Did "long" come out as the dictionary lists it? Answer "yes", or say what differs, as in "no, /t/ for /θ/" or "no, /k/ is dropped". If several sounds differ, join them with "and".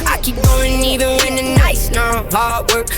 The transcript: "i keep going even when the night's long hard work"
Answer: no, /n/ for /l/